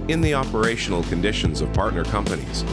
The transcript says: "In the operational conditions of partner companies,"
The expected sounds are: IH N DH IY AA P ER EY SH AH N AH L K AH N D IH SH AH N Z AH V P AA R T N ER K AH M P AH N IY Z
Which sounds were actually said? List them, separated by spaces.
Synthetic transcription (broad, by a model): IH N DH IY AA P ER EY SH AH N L K AH N D IH SH AH N Z AH V P AA R T N ER K AH M P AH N IY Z